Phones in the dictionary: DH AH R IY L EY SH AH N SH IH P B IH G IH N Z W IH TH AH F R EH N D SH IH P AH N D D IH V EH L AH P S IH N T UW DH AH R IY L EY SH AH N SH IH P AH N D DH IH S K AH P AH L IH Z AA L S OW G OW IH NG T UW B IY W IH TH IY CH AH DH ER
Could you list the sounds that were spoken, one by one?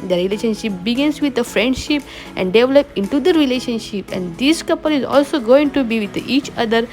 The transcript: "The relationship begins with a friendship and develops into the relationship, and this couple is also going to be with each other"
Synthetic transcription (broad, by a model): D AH R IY L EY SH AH N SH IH P B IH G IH N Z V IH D AH F R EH N D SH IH P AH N D D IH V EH L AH P IH N T UW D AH R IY L EY SH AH N SH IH P AH N D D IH S K AH P AH L IH Z AA L S OW G OW IH NG T UW B IY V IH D IY CH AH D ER